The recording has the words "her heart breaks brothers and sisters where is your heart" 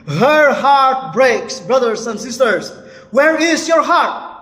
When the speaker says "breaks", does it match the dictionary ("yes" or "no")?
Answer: yes